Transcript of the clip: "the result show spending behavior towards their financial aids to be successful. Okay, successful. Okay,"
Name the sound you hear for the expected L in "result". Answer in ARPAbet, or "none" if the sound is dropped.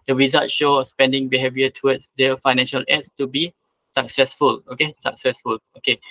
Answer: none